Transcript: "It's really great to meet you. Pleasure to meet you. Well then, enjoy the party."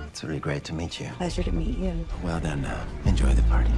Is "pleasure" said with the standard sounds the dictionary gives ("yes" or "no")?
no